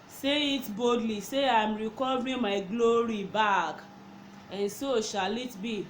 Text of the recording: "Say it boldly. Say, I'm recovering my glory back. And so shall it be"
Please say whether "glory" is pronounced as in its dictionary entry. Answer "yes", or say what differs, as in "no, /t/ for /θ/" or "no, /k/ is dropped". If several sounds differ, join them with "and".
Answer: yes